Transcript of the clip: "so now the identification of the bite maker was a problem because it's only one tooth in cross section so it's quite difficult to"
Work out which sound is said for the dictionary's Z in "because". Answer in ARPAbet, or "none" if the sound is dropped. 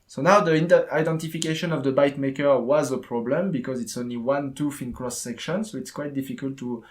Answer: Z